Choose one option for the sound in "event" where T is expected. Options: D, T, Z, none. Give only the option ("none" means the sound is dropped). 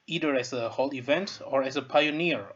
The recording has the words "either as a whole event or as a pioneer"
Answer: T